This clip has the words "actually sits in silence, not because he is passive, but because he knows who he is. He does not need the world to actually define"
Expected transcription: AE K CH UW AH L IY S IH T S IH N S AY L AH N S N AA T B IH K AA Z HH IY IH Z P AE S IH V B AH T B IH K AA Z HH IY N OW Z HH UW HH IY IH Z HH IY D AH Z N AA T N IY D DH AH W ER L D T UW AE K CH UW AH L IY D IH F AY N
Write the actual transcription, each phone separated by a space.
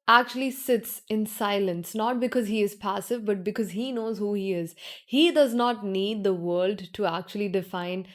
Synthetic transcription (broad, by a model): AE K CH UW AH L IY S IH T S IH N S AY L AH N S N AA T B IH K AA Z HH IY IH Z P AE S IH V B AH T B IH K AA Z HH IY N OW Z HH UW HH IY IH Z HH IY D AH Z N AA T N IY D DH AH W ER L D T UW AE K CH UW AH L IY D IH F AY N